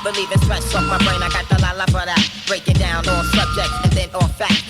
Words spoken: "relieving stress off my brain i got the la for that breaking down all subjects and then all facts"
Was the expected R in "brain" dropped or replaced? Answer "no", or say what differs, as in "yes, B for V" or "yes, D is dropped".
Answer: no